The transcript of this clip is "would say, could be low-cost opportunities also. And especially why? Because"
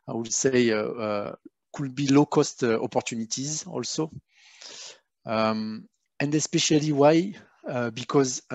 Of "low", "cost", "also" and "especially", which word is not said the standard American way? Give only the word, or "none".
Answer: none